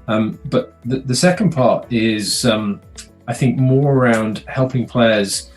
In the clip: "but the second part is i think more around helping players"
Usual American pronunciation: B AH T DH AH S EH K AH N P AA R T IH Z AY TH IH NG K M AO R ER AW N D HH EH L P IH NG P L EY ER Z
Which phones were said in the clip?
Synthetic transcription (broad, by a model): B AH T DH AH S EH K AH N P AA R T IH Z AY TH IH NG K M AO R ER AW N D HH EH L P IH NG P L EY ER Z